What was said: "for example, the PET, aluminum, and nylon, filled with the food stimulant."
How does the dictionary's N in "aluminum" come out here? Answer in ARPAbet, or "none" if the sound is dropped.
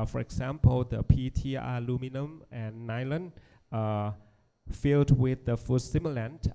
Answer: N